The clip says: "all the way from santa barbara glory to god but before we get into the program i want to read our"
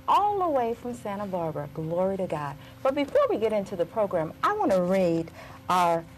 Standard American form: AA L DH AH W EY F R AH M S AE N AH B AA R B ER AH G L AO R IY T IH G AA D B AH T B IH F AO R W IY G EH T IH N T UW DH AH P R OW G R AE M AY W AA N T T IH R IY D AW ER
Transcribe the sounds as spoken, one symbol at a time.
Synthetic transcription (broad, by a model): AA L AH W EY F R AH M S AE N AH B AA R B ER G L AO R IY T IH G AA D B AH T B IH F AO R W IY G EH T IH N T UW DH AH P R OW G R AE M AY W AA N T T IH R IY D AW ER